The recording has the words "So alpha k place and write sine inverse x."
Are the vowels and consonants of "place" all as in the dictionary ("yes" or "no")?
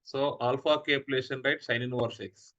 no